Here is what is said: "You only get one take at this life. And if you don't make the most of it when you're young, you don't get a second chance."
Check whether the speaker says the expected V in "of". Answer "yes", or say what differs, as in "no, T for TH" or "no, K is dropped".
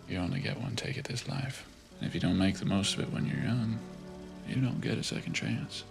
yes